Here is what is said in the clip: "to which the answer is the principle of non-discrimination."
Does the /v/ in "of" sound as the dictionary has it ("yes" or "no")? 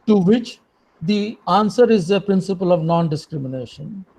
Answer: yes